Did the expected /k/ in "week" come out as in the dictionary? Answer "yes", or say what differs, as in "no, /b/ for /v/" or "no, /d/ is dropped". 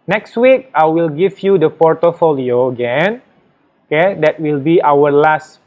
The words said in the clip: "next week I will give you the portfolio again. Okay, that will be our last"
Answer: yes